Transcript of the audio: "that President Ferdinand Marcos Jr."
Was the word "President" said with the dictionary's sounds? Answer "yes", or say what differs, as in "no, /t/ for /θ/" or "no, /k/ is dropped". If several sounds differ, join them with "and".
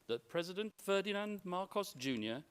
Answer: yes